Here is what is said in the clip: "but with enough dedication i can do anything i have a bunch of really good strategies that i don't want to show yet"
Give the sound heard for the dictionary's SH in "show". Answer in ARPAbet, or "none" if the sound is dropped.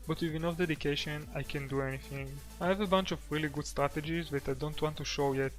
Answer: SH